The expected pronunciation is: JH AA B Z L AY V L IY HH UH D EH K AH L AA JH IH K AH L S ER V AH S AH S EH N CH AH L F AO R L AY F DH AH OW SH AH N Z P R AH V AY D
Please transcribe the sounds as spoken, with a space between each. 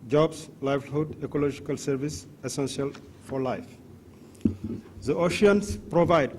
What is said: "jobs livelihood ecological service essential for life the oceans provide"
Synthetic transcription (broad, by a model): JH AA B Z L AY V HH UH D EH K AH L AA JH IH K AH L S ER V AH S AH S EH N S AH L F AO R L AY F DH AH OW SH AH N S P R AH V AY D